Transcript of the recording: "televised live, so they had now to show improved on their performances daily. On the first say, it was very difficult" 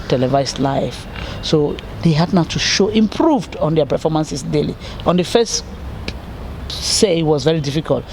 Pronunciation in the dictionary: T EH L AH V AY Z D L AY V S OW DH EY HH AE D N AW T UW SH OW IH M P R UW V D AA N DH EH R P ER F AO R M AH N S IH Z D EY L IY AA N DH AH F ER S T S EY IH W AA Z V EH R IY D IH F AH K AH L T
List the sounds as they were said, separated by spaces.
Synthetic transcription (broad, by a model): T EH L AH V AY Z L AY F S OW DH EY HH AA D N AW T UW SH OW IH M P R UW V D AA N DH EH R P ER F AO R M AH N S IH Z D EY L IY AA N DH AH F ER S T S EY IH W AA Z V EH R IY D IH F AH K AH L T